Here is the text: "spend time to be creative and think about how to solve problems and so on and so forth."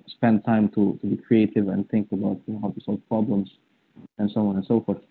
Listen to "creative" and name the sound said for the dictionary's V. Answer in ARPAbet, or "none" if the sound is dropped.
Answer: V